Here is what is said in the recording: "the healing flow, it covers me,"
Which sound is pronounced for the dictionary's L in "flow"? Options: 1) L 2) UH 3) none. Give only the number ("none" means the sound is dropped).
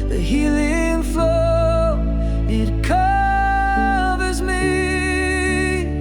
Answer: 3